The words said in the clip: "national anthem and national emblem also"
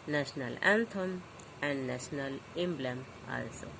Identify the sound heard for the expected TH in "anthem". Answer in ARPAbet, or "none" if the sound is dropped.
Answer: T